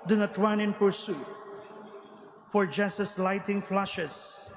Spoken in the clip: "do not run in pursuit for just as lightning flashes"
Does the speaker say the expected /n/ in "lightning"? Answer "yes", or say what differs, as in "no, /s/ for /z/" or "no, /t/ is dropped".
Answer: no, /n/ is dropped